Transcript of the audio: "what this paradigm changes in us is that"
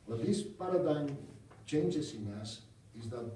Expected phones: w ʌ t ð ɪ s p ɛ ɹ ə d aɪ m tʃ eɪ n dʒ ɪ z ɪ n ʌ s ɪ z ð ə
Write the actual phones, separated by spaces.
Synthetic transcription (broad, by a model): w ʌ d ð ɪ s p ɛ ɹ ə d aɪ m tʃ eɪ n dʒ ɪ s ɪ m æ s ɪ z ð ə